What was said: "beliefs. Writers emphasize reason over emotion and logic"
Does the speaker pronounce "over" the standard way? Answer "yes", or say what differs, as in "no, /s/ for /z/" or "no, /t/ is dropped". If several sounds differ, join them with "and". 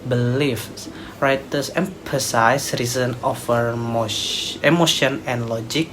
no, /f/ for /v/